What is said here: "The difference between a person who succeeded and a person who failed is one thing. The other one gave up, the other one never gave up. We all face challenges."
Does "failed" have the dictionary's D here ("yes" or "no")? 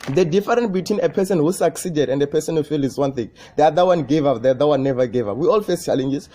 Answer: no